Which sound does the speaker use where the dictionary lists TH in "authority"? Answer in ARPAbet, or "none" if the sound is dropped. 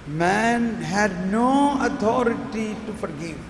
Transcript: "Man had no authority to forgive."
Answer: T